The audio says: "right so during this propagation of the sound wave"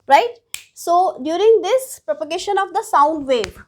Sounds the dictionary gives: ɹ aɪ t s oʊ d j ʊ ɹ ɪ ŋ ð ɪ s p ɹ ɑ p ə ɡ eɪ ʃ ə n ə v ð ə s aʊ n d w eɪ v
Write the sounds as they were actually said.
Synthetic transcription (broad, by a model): ɹ aɪ t s oʊ d j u ɹ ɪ ŋ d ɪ s p ɹ ɑ p ə ɡ eɪ ʃ ə n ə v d ə s aʊ n d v eɪ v